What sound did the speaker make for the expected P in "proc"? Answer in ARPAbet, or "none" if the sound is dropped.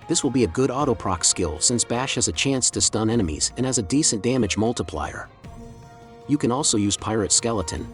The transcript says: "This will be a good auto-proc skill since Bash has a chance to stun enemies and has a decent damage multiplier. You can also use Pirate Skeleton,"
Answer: P